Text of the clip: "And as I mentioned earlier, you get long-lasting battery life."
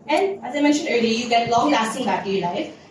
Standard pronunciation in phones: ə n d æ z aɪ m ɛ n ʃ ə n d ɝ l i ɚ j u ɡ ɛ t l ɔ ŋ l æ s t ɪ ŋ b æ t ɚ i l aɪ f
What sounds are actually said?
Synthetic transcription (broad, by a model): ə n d æ z aɪ m ɛ n ʃ ə n d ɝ l i j u ɡ ɛ t l ɔ ŋ l æ s t ɪ ŋ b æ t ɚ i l aɪ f